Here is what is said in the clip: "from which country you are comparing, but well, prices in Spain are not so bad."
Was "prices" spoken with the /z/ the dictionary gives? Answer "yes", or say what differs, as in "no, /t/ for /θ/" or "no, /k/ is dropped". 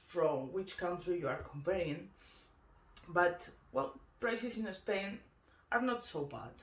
no, /s/ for /z/